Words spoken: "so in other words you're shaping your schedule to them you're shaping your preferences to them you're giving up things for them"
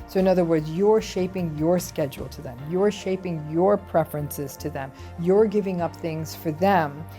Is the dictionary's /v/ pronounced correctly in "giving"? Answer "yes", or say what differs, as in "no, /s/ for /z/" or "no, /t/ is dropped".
yes